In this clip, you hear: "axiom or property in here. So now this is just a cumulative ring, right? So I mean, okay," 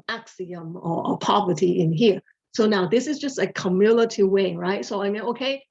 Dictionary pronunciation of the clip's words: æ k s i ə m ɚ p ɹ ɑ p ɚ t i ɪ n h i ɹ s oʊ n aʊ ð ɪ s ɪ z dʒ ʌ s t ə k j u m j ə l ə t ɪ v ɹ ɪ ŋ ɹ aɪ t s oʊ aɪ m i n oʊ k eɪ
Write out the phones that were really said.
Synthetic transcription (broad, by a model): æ k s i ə m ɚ p ɑ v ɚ t i ɪ n h i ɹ s oʊ n aʊ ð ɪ s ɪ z dʒ ʌ s t ə k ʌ m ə l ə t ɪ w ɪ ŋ ɹ aɪ t s oʊ aɪ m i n oʊ k eɪ